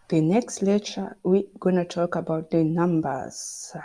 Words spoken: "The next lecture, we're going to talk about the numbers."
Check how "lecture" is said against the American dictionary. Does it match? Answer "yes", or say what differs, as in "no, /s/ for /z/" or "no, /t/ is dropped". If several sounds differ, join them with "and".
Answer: no, /k/ is dropped